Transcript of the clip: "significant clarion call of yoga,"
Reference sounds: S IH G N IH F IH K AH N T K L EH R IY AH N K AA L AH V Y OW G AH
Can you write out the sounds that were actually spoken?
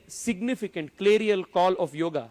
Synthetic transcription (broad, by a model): S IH G N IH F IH K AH N T K L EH R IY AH L K AA L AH F Y OW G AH